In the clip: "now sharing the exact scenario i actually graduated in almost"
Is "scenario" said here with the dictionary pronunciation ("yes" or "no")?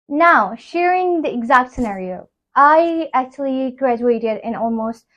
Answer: yes